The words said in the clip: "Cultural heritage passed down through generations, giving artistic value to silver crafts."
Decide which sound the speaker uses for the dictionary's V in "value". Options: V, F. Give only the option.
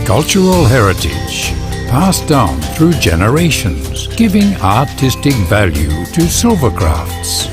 V